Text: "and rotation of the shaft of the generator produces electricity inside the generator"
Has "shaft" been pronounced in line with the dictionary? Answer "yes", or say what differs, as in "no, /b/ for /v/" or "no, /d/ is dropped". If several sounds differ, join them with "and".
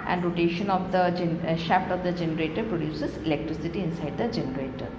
yes